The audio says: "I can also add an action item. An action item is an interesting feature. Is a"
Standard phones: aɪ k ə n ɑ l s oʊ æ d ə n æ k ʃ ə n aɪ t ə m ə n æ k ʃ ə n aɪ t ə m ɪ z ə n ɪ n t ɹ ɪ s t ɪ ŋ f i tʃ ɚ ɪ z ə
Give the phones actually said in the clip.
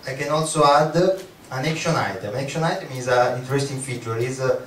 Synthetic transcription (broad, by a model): aɪ k ə n ɑ l s oʊ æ d ə n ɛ k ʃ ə n aɪ t ə m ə k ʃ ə n aɪ t ə m ɪ z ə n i n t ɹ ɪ s t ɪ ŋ f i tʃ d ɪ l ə